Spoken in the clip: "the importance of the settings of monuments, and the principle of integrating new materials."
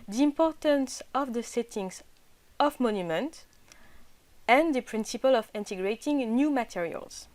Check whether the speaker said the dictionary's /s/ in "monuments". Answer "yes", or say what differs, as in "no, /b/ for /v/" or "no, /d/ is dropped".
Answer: no, /s/ is dropped